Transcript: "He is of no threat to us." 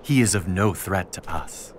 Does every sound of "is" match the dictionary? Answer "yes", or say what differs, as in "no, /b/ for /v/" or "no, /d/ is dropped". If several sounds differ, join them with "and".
yes